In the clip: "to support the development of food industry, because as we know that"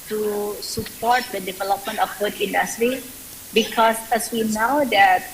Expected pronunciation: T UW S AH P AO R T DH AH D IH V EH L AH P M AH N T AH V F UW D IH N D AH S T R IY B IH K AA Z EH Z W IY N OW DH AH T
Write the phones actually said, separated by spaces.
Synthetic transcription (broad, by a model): T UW S AH P AO R T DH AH D IH V EH L AH P M AH N T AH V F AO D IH N D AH S T R IY B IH K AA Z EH S W IY N OW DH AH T